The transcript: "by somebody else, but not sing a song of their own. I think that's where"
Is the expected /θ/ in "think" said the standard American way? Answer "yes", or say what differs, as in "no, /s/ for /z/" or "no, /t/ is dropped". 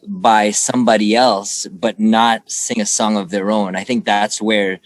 yes